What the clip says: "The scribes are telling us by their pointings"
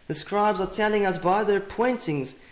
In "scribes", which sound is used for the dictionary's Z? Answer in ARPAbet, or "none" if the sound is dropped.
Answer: Z